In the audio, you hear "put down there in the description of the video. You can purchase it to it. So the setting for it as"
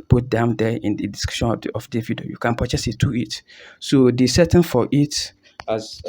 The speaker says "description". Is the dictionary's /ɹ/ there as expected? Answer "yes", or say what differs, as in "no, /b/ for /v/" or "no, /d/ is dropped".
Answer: no, /ɹ/ is dropped